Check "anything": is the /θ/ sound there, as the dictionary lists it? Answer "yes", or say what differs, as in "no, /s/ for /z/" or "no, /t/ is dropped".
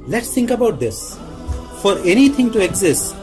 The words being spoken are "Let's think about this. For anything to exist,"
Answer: no, /t/ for /θ/